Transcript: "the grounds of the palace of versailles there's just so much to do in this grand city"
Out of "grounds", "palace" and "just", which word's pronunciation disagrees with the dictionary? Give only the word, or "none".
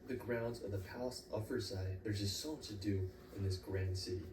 none